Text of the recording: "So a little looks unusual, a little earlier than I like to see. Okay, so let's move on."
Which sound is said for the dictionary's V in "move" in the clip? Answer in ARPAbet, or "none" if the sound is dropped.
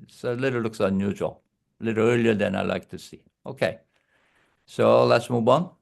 B